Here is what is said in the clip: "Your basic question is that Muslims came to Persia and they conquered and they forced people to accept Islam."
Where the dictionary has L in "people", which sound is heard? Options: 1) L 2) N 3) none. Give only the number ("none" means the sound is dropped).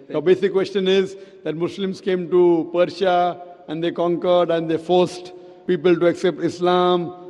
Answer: 1